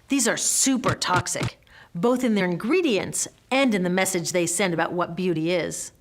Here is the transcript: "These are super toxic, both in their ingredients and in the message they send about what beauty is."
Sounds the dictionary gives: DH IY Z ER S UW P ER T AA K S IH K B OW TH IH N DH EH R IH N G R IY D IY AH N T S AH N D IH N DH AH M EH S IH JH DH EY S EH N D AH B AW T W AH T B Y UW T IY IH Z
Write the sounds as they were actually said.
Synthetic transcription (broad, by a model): DH IY Z ER S UW P ER T AA K S IH K B OW TH IH N DH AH R IH N G R IY D IY AH N T S AH N D IH N DH AH M EH S IH JH DH EY S EH N D AH B AW T W AH T B Y UW T IY IH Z